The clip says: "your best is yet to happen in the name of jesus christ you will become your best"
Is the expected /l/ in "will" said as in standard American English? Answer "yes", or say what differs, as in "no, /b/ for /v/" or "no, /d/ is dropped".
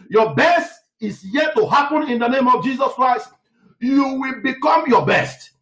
yes